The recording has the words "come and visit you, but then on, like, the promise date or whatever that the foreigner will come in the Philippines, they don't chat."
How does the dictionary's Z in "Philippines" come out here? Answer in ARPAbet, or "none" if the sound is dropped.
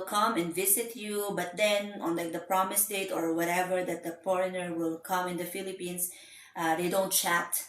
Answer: S